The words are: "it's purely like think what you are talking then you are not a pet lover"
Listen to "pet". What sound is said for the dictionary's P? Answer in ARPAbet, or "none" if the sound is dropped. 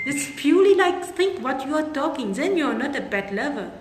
B